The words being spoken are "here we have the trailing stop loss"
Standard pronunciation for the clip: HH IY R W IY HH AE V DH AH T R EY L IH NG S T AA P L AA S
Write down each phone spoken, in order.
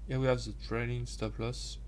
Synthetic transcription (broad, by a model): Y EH W IY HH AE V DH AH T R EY N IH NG S T AA P L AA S